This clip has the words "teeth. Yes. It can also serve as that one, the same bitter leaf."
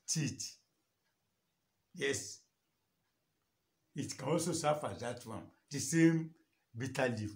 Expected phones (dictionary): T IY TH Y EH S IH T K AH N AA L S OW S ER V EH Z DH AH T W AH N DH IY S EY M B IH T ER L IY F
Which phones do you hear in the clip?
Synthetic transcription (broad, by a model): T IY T Y EH S IH T K AH N AA L S OW S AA F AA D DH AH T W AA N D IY S EY M B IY T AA L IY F